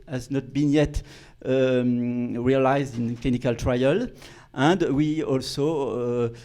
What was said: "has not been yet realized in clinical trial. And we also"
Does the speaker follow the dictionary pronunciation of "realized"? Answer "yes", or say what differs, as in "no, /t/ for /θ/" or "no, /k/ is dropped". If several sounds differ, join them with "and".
yes